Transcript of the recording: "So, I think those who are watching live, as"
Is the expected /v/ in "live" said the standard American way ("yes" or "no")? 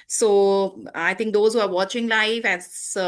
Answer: no